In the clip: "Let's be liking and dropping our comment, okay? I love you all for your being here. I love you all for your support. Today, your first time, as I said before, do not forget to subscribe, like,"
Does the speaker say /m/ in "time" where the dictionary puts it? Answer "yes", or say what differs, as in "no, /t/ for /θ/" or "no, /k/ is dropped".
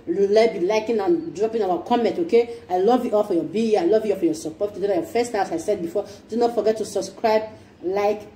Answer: no, /m/ is dropped